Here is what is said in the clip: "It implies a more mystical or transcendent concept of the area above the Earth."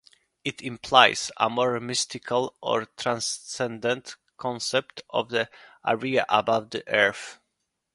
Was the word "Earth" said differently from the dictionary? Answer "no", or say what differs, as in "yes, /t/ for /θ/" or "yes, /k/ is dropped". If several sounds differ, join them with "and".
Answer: yes, /f/ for /θ/